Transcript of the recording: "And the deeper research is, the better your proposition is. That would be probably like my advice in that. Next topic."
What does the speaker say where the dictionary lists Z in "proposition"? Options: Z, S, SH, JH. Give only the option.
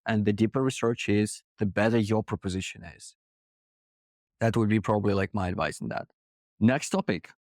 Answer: Z